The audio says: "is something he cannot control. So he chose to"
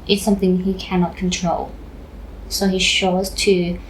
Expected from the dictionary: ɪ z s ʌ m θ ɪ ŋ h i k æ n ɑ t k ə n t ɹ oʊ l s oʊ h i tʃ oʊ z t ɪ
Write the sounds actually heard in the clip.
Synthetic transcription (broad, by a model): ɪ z s ʌ m θ ɪ ŋ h i k æ n ɑ t k ə n t ɹ oʊ l s oʊ h i ʃ oʊ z t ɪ